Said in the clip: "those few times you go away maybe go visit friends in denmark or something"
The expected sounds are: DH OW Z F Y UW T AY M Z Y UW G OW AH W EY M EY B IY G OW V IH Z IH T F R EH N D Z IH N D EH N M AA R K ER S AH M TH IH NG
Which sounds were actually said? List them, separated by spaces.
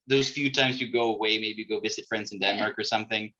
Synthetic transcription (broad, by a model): DH OW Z F Y UW T AY M Z Y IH G OW AH W EY M EY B IY G OW V IH Z IH T F R EH N D Z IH N D EH N M AA R K ER S AH M TH IH NG